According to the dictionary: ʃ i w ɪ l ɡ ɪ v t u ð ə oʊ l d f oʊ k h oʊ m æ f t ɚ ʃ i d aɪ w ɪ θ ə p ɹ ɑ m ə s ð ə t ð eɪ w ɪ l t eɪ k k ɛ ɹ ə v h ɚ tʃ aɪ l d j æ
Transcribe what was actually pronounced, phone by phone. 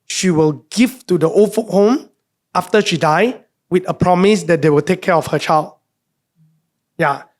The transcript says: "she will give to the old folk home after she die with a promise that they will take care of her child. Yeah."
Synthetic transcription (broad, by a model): ʃ i w ɪ l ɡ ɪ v t u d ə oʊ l f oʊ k h oʊ m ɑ f t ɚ ʃ i d aɪ w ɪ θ ə p ɹ ɑ m ə s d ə t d eɪ w ɪ l t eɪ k k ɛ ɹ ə f h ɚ tʃ aɪ l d j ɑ